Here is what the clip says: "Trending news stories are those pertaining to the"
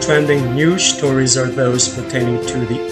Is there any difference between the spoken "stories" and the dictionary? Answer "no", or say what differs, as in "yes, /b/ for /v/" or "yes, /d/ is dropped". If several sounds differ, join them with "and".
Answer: no